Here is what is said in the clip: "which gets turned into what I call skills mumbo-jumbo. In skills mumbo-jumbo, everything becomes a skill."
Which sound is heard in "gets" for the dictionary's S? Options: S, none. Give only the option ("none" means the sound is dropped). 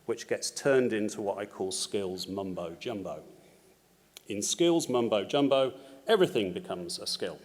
S